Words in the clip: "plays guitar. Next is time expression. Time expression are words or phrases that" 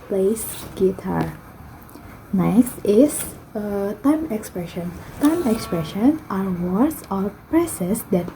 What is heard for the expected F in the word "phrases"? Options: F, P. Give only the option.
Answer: P